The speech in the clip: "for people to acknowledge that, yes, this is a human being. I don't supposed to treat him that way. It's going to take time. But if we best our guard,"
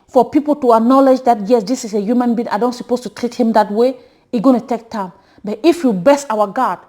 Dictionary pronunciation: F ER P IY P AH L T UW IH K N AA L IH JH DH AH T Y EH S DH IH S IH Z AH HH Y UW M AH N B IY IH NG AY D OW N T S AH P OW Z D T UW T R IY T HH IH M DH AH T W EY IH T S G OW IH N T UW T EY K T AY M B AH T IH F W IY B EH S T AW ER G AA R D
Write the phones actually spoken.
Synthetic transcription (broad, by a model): F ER P IY P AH L T UW IH K N AA L IH JH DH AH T Y EH S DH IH S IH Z AH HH Y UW M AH N B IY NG AY D OW N T S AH P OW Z T UW T R IY T HH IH M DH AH T W EY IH G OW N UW T EY K T AY M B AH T IH F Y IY B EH S AW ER G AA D